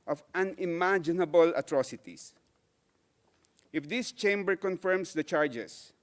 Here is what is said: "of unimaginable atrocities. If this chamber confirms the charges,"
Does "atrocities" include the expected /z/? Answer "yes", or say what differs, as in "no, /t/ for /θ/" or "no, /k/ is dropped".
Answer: no, /s/ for /z/